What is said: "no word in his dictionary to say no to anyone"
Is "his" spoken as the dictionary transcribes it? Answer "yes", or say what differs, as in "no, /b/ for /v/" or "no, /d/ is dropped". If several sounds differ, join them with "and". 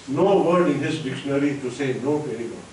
no, /s/ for /z/